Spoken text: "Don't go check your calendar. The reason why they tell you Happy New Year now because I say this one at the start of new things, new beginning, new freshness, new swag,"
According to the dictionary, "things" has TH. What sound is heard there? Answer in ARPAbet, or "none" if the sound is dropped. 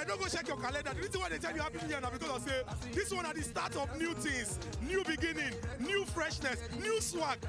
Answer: T